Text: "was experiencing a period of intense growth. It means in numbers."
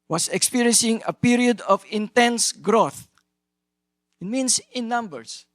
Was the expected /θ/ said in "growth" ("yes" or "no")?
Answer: yes